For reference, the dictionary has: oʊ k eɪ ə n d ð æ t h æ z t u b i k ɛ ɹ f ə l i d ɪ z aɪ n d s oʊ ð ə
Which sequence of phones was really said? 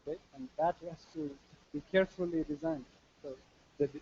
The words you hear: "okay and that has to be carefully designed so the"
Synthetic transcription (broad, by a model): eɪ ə n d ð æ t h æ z t u b i k ɛ ɹ f ə l i d ɪ z aɪ n d s oʊ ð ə